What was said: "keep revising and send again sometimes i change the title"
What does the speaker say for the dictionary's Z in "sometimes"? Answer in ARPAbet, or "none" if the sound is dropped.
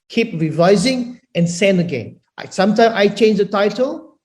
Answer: none